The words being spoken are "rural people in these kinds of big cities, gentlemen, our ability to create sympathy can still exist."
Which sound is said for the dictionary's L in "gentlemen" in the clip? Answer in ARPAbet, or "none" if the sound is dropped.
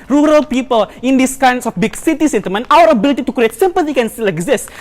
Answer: none